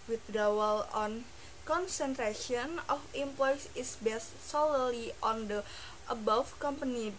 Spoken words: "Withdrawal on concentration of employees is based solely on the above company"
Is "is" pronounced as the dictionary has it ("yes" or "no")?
no